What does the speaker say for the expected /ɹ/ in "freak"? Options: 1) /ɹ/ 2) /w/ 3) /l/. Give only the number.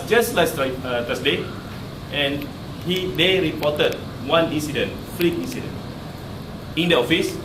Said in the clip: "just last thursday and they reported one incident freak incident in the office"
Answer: 3